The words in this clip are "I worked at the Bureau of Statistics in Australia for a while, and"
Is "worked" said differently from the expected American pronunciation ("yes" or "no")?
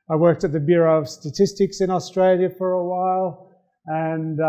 no